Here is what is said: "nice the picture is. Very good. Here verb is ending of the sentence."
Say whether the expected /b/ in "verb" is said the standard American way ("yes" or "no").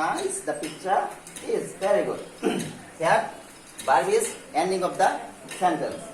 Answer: no